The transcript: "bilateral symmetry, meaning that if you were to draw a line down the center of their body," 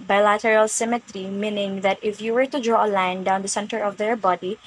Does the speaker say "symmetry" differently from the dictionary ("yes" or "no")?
no